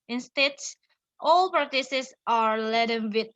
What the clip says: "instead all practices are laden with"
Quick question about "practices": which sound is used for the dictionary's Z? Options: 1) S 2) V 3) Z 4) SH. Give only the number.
1